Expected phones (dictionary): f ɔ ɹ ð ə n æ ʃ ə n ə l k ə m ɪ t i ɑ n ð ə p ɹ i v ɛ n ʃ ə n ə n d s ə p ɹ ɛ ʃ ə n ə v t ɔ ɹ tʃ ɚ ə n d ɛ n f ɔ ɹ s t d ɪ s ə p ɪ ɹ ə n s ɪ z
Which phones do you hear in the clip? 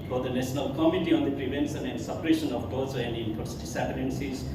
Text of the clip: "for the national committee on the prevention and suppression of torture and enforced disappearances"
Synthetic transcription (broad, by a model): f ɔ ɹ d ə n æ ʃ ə n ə l k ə m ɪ t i ɑ n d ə p ɹ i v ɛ n s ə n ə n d s ə p ɹ ɛ ʃ ə n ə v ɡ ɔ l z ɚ ə n d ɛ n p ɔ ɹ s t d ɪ s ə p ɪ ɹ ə n s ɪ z